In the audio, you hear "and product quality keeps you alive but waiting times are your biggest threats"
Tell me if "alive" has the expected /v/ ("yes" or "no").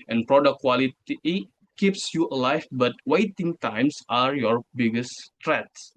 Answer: no